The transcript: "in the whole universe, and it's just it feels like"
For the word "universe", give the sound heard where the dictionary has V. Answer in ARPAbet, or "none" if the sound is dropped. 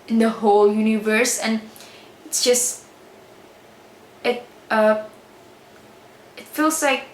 V